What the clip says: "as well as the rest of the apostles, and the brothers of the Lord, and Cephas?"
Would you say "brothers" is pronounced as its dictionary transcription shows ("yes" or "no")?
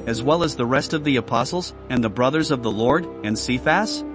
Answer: yes